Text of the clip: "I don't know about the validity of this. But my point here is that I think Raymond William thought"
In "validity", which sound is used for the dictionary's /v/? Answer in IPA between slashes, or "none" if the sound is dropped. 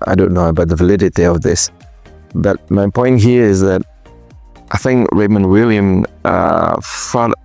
/v/